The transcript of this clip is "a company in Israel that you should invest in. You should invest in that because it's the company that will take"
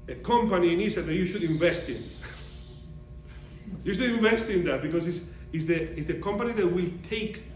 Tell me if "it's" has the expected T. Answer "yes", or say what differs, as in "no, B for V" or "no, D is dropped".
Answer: no, S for T